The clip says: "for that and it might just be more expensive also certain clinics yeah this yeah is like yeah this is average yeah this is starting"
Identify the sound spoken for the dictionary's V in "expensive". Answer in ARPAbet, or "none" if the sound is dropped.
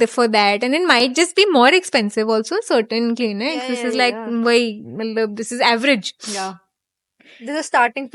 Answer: V